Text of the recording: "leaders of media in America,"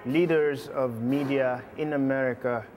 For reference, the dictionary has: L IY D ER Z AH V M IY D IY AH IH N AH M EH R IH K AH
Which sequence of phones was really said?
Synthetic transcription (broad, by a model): L IY D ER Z AH V M IY D IY AH IH N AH M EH R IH K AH